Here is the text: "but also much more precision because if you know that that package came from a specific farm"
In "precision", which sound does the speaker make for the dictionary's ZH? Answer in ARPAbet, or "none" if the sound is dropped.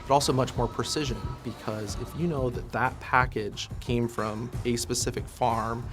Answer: ZH